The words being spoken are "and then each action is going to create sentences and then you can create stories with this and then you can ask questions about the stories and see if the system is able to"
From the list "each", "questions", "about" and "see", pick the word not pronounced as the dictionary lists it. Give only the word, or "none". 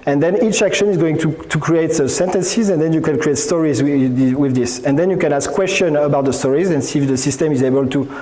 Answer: questions